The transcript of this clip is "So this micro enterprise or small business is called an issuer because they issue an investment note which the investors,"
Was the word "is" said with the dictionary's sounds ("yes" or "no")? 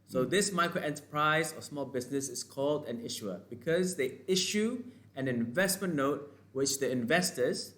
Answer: no